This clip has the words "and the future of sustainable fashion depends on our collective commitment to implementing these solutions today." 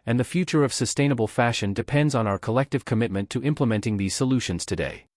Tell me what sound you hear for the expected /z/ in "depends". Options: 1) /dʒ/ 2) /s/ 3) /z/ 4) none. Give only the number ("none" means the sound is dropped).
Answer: 3